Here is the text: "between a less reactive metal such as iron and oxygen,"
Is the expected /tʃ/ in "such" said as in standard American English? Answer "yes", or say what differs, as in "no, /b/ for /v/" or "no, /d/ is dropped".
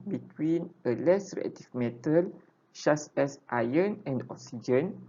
no, /s/ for /tʃ/